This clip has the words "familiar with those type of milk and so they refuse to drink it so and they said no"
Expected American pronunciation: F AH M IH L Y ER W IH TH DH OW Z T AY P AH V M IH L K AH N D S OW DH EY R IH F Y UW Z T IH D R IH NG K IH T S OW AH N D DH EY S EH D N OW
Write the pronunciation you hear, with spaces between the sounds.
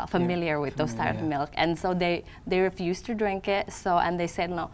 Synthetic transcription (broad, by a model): F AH M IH L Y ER W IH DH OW S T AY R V M IH L K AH N S OW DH EY R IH F Y UW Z T IH D R IH NG K IH T S OW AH N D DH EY S EH D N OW